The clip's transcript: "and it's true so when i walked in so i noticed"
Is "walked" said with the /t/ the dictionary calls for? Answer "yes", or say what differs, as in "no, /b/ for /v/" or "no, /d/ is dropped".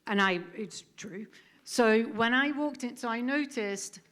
yes